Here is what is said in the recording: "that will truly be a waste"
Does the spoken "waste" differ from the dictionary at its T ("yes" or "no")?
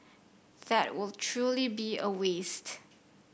no